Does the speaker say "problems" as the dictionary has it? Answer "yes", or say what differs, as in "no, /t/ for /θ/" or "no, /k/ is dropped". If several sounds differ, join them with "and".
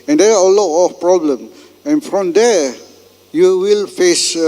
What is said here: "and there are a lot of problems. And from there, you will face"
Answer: no, /z/ is dropped